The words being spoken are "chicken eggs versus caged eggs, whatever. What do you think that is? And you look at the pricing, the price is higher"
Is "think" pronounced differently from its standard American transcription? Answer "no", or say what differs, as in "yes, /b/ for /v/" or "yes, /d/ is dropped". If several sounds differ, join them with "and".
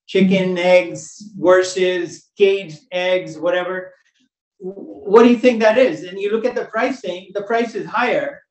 no